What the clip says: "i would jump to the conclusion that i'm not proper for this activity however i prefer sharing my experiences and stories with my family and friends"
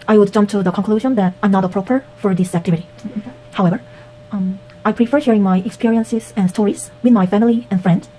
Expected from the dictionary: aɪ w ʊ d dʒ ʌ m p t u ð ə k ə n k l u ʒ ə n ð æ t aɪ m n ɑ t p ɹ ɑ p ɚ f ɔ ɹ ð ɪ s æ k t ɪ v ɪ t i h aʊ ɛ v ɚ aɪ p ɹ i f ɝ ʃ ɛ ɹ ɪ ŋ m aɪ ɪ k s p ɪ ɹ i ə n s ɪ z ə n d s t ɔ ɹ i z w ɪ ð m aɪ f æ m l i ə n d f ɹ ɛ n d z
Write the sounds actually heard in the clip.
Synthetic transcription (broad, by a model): aɪ w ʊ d dʒ ʌ m p t u ð ə k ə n k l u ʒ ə n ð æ t aɪ m n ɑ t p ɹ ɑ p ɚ f ɔ ɹ ð ɪ s æ k t ɪ v ɪ t i h aʊ ɛ v ɚ aɪ p ɹ i f ɝ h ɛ ɹ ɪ ŋ m aɪ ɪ k s p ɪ ɹ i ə n s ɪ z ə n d s t ɔ ɹ i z w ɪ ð m aɪ f æ m l i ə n f ɹ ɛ n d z